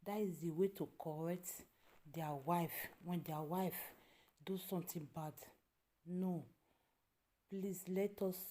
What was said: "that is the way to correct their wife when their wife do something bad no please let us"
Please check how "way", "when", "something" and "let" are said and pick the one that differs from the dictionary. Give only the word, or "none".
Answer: something